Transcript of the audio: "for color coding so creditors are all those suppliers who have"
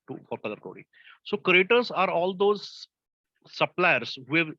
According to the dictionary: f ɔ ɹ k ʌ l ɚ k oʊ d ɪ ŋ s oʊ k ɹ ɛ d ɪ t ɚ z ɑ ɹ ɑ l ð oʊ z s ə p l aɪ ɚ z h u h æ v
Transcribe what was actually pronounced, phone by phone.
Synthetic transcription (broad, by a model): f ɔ ɹ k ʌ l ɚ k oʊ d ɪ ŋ s oʊ k ʌ d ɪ t ɚ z ɑ ɹ ɑ l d oʊ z s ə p l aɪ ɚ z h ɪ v